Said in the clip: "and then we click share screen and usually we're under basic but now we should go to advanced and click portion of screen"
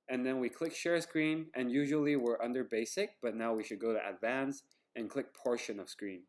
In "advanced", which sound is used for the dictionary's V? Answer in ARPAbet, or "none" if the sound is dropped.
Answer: V